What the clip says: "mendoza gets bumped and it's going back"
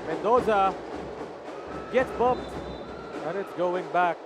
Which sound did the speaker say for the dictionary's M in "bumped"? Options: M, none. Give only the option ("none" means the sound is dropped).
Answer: none